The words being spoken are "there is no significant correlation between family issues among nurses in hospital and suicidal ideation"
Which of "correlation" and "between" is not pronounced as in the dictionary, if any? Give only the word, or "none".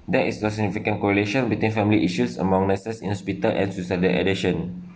none